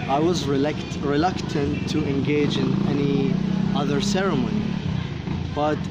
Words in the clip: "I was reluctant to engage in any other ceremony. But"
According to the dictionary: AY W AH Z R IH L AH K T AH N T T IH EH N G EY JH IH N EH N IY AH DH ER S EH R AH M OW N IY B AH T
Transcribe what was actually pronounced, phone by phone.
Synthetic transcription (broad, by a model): AY W AH Z R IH L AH K T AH N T T IH EH N G EY JH IH N EH N IY AH DH ER S EH R AH M OW N IY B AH T